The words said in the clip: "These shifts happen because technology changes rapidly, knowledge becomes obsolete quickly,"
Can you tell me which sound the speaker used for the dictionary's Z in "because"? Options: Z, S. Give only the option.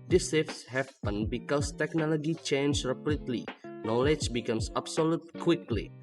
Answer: S